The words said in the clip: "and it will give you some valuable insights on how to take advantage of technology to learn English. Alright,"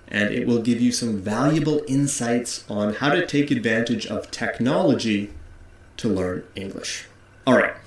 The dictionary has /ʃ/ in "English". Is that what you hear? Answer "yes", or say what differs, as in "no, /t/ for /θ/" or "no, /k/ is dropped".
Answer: yes